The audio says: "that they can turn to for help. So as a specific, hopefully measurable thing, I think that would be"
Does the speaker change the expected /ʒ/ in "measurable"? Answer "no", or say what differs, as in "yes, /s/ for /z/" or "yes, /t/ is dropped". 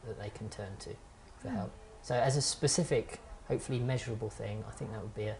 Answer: no